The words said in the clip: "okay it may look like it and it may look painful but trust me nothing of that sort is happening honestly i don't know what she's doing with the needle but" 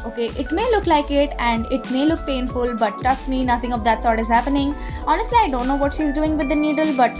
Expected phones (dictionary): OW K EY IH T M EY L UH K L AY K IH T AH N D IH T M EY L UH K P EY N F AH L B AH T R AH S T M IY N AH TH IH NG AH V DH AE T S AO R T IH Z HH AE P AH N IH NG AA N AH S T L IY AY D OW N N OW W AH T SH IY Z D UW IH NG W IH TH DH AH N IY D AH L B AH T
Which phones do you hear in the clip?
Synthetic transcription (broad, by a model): OW K EY IH T M EY L UH K L AY K IH T AH N D IH T M EY L UH K P EY N F AH L B AH T AH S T M IY N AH T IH NG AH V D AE T S AO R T IH Z HH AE P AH N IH NG AA N AH S T L IY AY D OW N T OW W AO T SH IY Z D UW IH NG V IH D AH N IY D AH L B AH T